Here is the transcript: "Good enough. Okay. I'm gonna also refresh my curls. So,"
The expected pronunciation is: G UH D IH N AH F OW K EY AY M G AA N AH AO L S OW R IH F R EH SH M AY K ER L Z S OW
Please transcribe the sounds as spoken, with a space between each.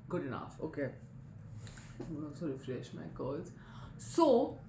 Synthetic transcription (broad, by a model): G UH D IH N AH F OW K EY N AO S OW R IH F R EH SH M AY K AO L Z S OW